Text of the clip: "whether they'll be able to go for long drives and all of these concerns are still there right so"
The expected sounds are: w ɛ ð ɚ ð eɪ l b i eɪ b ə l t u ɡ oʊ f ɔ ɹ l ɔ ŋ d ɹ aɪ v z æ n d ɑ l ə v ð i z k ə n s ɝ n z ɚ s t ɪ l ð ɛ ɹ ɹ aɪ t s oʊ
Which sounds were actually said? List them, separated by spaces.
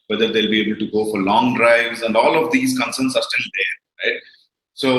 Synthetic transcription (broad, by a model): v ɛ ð ɚ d eɪ l b i eɪ b ə l t u ɡ oʊ f ɔ ɹ l ɔ ŋ d ɹ aɪ v z æ n d ɑ l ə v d i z k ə n s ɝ n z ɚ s t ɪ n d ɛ ɹ ɹ aɪ t s oʊ